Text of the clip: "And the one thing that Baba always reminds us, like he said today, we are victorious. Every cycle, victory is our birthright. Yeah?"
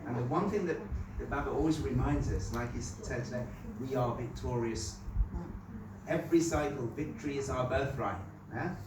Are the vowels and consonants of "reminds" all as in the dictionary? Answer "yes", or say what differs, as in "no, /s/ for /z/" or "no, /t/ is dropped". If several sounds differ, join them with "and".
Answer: yes